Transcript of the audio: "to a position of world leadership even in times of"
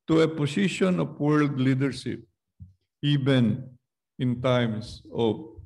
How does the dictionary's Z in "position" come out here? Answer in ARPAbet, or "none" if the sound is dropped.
S